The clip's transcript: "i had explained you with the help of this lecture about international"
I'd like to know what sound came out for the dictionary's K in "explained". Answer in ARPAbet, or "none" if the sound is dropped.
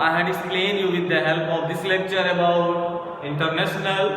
none